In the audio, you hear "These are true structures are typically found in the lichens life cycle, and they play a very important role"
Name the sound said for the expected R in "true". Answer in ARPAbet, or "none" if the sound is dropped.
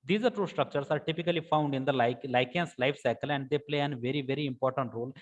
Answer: none